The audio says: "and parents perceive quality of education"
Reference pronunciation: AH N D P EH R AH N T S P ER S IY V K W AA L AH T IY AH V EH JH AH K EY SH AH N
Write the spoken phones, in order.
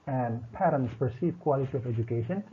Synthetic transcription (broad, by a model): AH N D P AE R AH N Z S P ER S IY V K W AA L AH T IY AH V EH JH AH K EY SH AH N